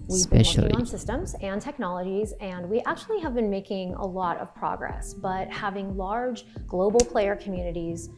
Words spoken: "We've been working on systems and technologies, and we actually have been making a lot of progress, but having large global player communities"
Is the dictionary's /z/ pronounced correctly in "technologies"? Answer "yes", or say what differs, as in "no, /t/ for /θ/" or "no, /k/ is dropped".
yes